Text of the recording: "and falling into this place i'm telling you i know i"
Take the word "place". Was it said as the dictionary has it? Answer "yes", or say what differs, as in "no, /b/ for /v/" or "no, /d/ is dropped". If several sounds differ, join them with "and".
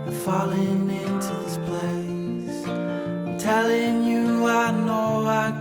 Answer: no, /s/ is dropped